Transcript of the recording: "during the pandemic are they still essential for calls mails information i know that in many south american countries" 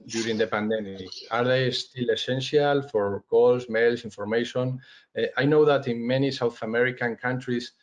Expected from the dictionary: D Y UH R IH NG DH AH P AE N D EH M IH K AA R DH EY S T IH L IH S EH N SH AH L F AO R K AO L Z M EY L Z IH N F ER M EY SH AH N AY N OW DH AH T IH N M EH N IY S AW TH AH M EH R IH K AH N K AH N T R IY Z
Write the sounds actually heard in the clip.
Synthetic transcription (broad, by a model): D Y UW R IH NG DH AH P AE N D EH M IH K AA R DH EY S T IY L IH S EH N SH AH L F AO R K AO L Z M EY L S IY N F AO M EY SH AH N AY N OW DH AH T IH N M EH N IY S AW TH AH M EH R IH K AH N K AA N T R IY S